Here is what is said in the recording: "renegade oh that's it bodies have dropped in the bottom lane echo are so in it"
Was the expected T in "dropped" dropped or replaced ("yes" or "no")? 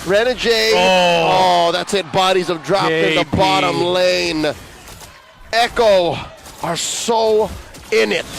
yes